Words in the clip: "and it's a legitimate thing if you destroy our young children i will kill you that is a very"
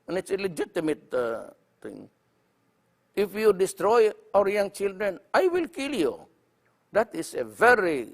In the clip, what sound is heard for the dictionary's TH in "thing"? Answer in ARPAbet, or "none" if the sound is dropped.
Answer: T